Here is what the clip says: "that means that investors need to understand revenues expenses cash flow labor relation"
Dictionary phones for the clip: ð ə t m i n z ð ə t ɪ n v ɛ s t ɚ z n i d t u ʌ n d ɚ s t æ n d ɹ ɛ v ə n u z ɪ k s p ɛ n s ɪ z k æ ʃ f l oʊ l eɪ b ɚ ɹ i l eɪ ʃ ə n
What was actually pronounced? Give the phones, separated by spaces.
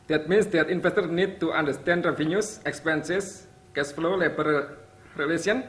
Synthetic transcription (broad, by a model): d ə t m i n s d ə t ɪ n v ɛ s t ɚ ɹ n i d t u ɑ n d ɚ s t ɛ n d ɹ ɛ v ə n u s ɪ k s p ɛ n s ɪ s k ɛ s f l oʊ l eɪ b ɚ ɹ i l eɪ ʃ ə n